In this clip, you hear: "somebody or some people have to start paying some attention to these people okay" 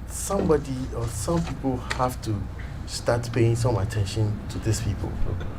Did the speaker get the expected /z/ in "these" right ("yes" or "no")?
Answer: no